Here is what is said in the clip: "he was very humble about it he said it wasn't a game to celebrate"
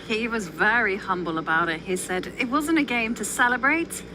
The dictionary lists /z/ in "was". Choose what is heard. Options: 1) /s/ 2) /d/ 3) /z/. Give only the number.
3